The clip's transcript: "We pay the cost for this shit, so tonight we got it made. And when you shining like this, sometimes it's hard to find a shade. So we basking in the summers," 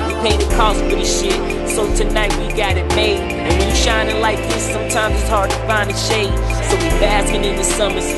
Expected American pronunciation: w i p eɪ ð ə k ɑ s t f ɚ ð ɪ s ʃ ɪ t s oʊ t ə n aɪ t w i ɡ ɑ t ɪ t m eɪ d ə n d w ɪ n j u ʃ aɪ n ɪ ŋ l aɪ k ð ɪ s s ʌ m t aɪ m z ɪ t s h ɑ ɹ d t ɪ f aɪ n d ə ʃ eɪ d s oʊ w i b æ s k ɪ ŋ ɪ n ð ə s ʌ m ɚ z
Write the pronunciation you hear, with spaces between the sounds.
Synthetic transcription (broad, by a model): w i p eɪ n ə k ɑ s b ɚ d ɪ ʃ ɪ t s oʊ t ə n aɪ t w i ɡ ɑ t ɪ t m eɪ ə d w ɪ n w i ʃ aɪ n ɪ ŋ l aɪ k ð ɪ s s ʌ m t aɪ m z ɪ t s h ɑ ɹ d t ɪ f aɪ n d ə ʃ eɪ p s oʊ w i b æ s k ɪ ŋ ɪ n ð ə s ʌ m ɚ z